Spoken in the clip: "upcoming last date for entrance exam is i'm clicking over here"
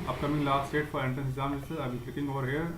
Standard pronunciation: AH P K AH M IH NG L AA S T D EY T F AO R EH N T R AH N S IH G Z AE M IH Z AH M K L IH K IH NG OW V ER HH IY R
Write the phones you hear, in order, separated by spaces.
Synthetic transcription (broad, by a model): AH P K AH M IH NG L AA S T EY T F AO R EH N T AH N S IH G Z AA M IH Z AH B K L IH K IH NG OW V ER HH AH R